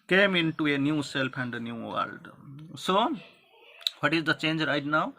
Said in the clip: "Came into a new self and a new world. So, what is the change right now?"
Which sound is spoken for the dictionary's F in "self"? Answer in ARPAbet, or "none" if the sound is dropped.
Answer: P